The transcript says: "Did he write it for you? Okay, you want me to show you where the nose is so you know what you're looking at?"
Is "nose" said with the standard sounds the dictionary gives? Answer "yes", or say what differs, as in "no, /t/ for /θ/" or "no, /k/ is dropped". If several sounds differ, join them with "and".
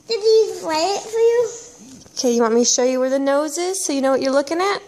yes